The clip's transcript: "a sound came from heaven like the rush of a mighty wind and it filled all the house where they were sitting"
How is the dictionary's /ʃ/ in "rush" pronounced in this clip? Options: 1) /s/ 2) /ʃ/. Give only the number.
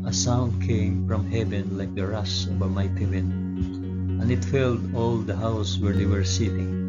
1